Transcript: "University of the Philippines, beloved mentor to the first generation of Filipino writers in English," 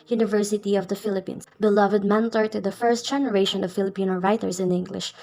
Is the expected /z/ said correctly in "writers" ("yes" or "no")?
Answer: no